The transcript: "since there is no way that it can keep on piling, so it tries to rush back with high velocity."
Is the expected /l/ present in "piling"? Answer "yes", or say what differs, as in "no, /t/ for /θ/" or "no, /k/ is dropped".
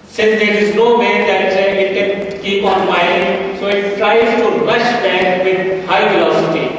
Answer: no, /l/ is dropped